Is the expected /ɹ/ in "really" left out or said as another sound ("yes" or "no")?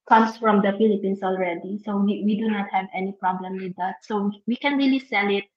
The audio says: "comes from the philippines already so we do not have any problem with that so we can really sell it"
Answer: no